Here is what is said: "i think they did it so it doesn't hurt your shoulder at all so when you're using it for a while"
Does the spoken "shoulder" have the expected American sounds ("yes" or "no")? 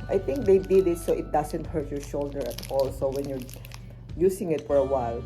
yes